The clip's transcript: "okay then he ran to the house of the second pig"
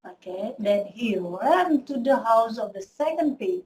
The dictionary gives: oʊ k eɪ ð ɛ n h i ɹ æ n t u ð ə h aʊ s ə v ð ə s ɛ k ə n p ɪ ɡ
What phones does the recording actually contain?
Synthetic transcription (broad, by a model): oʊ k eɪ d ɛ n h i w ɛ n t u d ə h aʊ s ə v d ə s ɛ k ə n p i